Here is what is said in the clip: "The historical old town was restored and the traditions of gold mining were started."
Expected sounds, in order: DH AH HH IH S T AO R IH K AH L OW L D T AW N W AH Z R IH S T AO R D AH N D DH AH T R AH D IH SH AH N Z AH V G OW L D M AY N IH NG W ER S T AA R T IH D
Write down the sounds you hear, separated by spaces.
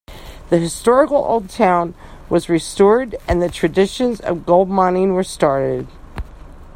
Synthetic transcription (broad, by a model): DH AH HH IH S T AO R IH K L OW L D T AW N W AH Z R IH S T AO R D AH N DH AH T R AH D IH SH AH N Z AH V G OW L D M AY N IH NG W ER S T AA R T IH D